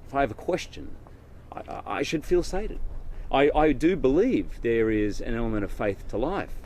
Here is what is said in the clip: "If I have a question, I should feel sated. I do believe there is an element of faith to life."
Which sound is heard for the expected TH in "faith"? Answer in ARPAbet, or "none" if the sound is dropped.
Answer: TH